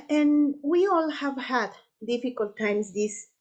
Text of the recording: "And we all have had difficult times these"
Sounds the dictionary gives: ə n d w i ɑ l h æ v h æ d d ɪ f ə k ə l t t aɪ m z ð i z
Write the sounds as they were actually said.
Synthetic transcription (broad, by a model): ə n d w i ɑ l h æ v h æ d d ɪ f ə k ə l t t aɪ m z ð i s